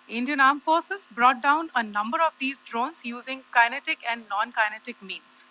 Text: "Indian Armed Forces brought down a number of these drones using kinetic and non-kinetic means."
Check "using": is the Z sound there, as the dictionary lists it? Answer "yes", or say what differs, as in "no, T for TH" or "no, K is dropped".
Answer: yes